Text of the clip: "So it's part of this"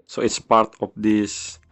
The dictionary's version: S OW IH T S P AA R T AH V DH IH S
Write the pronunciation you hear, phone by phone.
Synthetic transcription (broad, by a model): S OW IH T S P AA R T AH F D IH S